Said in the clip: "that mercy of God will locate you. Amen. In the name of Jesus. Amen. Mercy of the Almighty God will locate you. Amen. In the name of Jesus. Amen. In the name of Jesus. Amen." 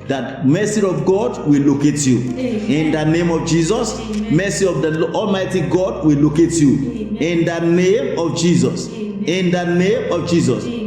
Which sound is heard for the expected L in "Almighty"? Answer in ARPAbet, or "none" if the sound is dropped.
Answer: L